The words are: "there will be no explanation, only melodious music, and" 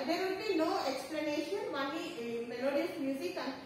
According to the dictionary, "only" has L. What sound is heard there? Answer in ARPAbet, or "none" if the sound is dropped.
none